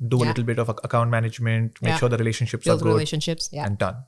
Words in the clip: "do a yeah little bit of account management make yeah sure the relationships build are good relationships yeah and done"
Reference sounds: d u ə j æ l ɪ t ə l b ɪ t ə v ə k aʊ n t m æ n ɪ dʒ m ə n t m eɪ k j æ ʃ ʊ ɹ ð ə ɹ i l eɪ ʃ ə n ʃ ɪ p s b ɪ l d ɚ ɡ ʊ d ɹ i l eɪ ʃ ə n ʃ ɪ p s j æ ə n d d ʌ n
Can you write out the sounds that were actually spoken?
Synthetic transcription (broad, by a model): d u ə l ɪ t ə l b ɪ t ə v ə k aʊ n t m æ n ɪ dʒ m ə n t m eɪ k ʃ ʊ ɹ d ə ɹ i l eɪ ʃ ə n ʃ ɪ p s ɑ d ɡ ʊ d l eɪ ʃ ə n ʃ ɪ p s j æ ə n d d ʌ n